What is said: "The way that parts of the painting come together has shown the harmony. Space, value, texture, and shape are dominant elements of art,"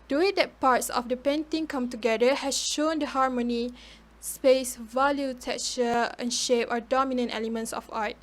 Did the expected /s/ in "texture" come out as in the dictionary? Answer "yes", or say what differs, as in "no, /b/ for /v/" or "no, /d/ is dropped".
no, /s/ is dropped